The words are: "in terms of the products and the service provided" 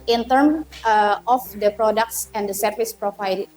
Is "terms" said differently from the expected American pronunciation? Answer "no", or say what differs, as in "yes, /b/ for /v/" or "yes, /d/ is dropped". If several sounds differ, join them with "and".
yes, /z/ is dropped